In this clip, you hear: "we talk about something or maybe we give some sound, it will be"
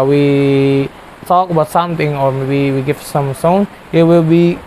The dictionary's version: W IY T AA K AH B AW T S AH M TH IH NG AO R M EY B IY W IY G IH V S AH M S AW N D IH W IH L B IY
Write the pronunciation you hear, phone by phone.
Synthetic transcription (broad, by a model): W IY T AA K AH B AW T S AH M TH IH NG AO R M EY B IY W IY G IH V S AH M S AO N IH W IH L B IY